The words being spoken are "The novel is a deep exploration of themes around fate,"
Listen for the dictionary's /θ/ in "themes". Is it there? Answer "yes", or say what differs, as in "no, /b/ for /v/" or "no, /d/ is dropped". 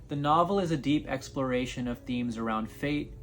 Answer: yes